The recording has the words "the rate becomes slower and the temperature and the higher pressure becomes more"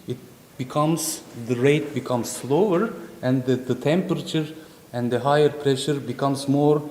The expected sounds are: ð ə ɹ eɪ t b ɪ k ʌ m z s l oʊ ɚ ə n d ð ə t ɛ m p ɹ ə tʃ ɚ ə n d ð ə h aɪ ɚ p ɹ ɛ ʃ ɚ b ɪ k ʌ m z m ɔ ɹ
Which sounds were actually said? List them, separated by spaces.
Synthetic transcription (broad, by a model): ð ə ɹ eɪ t b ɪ k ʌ m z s l oʊ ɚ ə n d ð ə t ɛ m p ɹ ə tʃ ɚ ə n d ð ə h aɪ ɚ p ɹ ɛ ʃ ɚ b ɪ k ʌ m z m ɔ ɹ